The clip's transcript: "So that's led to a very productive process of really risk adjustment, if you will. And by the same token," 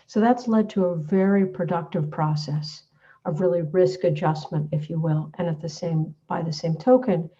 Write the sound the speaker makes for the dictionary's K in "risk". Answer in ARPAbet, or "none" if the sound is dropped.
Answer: K